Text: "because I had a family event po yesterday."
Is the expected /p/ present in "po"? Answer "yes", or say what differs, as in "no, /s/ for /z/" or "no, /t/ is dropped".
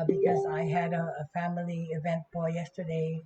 no, /b/ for /p/